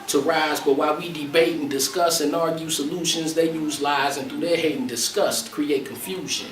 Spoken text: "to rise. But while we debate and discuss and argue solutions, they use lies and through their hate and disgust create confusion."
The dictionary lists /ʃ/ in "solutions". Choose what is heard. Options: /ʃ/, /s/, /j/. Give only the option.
/ʃ/